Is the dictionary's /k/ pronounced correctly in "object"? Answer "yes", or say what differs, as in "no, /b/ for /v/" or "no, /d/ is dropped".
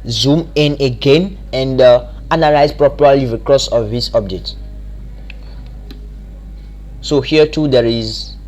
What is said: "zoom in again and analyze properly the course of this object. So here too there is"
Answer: no, /k/ is dropped